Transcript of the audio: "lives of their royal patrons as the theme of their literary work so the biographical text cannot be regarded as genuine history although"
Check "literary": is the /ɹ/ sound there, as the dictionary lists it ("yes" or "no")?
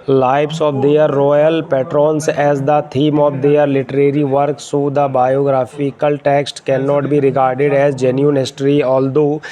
yes